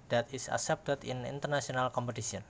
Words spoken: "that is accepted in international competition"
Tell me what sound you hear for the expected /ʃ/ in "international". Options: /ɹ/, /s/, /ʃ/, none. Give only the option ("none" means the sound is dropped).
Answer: /s/